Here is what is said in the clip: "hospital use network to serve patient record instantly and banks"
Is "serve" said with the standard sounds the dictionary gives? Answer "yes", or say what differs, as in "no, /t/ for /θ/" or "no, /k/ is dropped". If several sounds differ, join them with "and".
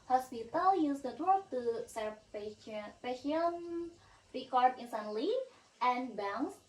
no, /p/ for /v/